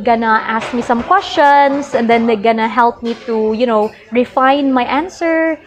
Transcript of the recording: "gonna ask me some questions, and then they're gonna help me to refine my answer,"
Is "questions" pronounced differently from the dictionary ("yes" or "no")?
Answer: yes